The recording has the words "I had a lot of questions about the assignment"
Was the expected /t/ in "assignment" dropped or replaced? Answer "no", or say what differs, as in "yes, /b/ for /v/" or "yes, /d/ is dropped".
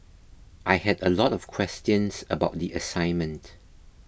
no